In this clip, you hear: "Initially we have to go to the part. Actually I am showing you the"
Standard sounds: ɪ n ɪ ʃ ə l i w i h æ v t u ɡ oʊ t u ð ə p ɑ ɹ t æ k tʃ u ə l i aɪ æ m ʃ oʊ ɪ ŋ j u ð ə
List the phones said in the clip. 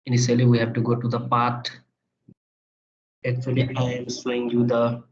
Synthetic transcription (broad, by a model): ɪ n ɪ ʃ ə l i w i h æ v t u ɡ oʊ t u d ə p ɑ ɹ t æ k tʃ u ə l i aɪ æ m s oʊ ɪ ŋ j u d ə